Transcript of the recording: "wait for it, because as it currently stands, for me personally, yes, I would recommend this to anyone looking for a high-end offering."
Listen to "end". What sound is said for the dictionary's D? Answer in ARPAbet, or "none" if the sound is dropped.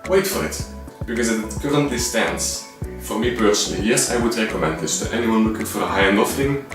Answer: none